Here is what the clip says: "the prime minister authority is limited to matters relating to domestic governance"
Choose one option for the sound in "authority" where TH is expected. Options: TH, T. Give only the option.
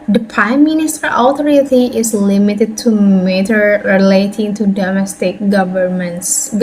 T